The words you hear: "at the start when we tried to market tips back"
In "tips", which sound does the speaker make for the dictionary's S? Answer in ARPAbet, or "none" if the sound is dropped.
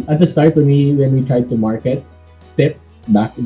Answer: none